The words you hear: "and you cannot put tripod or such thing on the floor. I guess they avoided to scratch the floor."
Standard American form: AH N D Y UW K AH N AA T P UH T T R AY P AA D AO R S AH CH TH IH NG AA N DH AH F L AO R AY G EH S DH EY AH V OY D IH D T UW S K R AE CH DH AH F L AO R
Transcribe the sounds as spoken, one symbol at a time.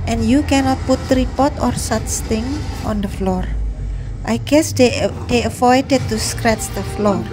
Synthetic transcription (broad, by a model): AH N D Y UW K AH N AA T P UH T T R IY P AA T AO R S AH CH T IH NG AA N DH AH F L AO R AY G EH S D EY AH F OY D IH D T UW S K R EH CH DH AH F L AO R